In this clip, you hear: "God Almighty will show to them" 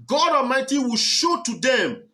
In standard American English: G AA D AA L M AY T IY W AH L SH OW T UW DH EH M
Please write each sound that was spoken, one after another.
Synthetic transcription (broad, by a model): G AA D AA M AY T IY W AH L SH OW T UW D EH M